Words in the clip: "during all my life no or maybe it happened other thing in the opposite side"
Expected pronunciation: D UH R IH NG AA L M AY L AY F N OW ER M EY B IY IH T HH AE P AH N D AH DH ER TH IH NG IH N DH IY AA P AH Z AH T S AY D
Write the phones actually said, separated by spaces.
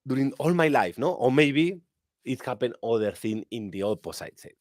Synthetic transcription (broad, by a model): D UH R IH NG AA L M AY L AY F N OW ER M EY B IY IH T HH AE P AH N AH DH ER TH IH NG IH N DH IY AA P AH S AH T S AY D